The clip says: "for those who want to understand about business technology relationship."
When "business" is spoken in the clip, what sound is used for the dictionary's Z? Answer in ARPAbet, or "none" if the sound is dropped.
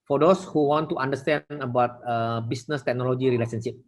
S